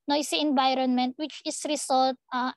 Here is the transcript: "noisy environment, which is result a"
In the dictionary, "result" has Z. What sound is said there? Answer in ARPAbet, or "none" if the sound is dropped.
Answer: S